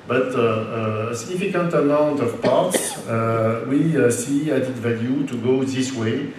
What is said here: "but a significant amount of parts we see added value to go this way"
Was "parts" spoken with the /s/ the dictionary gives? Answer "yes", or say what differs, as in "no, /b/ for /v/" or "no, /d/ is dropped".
yes